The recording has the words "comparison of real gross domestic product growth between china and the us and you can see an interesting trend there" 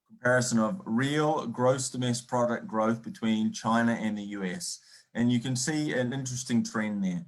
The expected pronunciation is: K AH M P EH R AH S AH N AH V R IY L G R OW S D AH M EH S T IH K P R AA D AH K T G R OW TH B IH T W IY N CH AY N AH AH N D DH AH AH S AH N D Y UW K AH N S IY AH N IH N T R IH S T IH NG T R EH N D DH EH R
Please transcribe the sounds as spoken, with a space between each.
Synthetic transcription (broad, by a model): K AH M P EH R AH S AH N AH V R IY L G R OW S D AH M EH S P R AA D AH K G R OW TH B IH T W IY N CH AY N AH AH N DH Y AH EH S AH N Y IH K AH N S IY AH N IH N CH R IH S T IH NG T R EH N DH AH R